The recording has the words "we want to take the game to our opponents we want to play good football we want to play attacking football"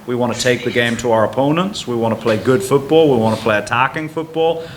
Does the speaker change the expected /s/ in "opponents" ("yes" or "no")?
no